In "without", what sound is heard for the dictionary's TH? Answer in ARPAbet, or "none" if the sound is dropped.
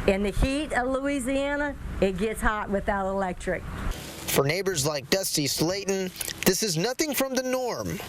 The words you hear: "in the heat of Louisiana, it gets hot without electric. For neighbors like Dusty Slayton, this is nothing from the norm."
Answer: TH